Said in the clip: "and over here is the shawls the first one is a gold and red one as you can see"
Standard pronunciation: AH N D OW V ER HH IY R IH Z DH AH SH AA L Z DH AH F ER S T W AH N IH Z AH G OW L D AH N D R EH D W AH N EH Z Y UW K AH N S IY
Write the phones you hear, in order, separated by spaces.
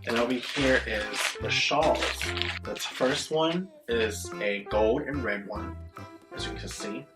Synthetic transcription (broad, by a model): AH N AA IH B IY HH IY R IH Z DH AH SH AA L Z DH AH F ER S T W AH N IH Z AH G OW L D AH N R EH D W AH N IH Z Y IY K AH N S IY